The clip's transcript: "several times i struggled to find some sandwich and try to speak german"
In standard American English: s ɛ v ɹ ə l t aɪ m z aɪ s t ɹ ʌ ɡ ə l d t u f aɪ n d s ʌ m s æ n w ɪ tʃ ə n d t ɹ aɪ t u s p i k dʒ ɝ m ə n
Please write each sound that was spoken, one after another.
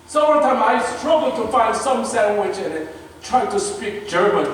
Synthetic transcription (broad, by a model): s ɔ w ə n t aɪ m aɪ s t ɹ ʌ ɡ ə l t u f aɪ n d s ʌ m s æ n w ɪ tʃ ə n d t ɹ aɪ t u s p i k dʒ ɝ m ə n